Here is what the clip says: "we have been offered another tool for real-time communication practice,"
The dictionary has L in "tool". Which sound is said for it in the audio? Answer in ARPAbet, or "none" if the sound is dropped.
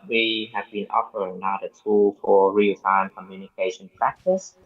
L